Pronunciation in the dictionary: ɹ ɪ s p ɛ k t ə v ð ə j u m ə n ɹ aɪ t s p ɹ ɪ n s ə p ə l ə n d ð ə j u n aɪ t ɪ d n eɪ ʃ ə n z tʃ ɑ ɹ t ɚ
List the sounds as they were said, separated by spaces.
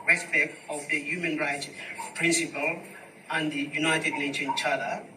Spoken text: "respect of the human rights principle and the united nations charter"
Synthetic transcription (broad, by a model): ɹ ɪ s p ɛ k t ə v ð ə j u m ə n ɹ aɪ t s p ɹ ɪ n s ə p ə l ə n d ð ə j u n aɪ t ɪ d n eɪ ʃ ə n tʃ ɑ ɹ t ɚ